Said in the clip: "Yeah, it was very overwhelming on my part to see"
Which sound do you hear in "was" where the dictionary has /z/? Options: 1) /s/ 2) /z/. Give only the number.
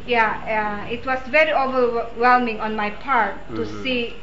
1